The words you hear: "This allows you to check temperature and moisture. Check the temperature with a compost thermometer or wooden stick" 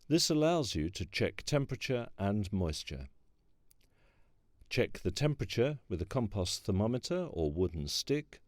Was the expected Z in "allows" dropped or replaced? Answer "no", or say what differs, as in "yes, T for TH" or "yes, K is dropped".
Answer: no